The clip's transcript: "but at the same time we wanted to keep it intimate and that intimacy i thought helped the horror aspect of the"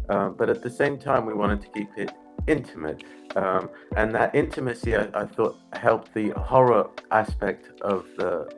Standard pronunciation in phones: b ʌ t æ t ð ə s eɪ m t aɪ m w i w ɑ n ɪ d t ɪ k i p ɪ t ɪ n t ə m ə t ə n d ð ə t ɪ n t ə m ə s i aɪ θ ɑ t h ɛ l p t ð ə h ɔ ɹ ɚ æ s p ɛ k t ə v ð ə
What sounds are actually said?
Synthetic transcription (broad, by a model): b ʌ t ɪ t ð ə s eɪ m t aɪ m w i w ɑ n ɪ d t ɪ k i p ɪ t ɪ n t ə m ə t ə n ð ə t ɪ n t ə m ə s i aɪ θ ɑ t h ɛ l p ð ə h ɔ ɹ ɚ æ s p ɛ k t ə v ð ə